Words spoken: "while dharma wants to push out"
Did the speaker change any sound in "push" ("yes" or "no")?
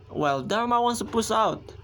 yes